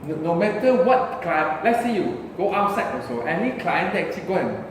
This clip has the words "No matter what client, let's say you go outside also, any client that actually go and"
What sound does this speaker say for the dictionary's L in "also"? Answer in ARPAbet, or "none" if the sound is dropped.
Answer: none